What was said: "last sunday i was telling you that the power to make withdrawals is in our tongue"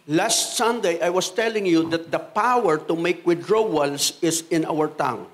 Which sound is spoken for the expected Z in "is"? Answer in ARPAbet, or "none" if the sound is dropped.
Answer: S